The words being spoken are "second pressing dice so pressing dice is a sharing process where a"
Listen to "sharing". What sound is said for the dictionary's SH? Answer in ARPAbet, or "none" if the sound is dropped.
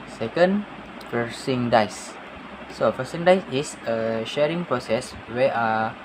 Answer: SH